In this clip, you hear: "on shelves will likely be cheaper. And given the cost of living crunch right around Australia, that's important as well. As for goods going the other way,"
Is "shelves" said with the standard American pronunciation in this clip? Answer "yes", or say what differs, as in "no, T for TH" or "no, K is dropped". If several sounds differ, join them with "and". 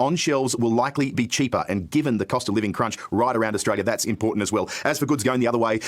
yes